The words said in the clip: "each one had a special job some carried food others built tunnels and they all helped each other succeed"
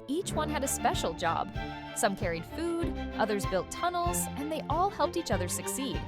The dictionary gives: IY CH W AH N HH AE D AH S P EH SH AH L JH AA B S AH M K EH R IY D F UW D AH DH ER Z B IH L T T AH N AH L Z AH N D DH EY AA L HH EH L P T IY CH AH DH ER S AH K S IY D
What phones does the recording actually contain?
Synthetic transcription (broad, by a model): IY CH W AH N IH D AH S P EH SH L JH AA B S AH M K EH R IY D F UW D AH DH ER Z B IH L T T AH N L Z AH N DH EY AA L HH EH L P T IY CH AH DH ER S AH K S IY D